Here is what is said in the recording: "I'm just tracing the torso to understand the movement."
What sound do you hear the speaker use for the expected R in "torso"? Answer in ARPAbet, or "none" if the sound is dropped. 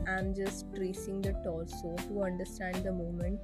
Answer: L